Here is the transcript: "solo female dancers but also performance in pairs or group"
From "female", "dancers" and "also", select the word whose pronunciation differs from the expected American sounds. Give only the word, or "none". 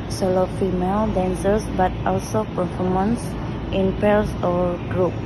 dancers